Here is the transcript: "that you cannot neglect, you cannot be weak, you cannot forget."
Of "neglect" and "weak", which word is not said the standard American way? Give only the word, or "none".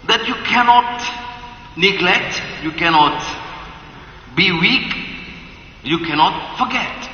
none